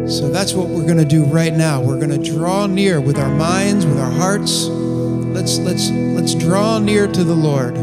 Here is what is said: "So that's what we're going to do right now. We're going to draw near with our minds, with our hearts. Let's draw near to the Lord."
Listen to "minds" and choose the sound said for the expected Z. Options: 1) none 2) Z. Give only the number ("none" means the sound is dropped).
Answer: 2